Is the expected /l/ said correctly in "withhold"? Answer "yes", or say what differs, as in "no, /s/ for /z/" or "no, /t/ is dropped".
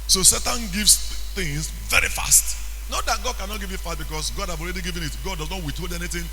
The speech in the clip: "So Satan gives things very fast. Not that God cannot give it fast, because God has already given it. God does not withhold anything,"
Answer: no, /l/ is dropped